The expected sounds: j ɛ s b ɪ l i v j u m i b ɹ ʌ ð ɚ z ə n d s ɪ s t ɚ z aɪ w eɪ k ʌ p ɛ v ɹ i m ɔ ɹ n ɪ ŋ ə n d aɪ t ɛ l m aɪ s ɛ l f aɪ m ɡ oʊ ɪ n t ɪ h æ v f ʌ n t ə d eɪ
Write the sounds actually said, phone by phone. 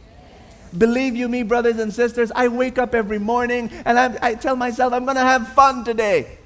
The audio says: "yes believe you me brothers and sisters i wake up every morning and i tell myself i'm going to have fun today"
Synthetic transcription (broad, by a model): b ɪ l i v j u m i b ɹ ʌ ð ɚ z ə n s ɪ s t ɚ z aɪ w eɪ k ʌ p ɛ v ɹ i m ɔ ɹ n ɪ ŋ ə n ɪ aɪ t ɛ l m aɪ s ɛ l f aɪ m ɡ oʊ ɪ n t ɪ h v f ʌ n t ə d eɪ